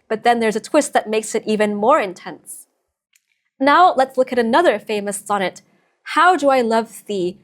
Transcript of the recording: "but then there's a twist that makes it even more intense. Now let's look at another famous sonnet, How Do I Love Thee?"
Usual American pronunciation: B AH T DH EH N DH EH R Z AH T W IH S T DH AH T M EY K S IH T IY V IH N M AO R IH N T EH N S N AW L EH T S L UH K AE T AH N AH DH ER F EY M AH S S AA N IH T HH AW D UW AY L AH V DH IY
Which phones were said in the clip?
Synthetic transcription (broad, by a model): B AH T DH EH N DH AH R Z AH T W IH S T DH AH T M EY K S IH T IY V IH N M AO R IH N T EH N S N AW L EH T S L UH K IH T AH N AH DH ER F EY M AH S S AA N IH T HH AW D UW AY L AH V DH IY